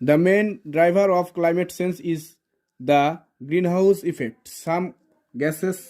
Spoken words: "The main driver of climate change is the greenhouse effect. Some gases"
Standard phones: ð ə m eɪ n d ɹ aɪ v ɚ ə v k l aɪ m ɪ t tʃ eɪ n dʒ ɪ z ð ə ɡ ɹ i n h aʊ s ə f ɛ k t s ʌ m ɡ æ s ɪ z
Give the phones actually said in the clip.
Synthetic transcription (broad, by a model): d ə m eɪ n d ɹ aɪ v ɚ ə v k l aɪ m ɪ t s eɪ n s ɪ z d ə ɡ ɹ i n h aʊ s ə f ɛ k t s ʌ m ɡ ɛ s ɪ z